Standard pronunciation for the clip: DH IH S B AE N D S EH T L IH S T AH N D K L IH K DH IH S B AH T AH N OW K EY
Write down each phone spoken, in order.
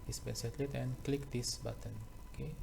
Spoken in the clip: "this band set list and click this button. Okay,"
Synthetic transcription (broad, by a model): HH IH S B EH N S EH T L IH T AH N K L IH K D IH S B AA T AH N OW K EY